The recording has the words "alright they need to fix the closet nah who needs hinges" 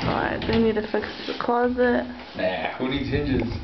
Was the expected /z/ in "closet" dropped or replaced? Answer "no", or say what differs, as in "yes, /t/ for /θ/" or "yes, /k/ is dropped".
no